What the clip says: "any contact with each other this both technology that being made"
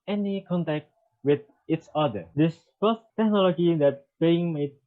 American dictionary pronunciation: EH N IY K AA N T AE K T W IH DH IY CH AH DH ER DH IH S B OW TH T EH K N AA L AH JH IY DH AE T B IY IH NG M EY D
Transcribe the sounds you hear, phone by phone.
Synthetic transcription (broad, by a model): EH N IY K AA N T AE K T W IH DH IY S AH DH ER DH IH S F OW S T EH K N AA L AH JH IY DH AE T B IY IH NG M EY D